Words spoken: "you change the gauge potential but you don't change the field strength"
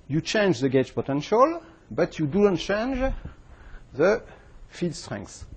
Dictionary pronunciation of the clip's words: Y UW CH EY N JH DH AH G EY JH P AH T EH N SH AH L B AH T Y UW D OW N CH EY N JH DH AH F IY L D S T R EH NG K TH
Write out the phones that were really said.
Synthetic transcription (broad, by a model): Y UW CH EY N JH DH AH G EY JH P AH T EH N SH AH L B AH T Y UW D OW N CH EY N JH DH AH F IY D S T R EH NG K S